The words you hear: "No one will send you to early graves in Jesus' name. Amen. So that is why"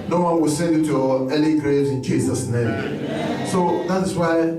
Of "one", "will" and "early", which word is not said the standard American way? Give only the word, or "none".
early